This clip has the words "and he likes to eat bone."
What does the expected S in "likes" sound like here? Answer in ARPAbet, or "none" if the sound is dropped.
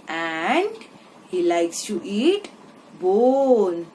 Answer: S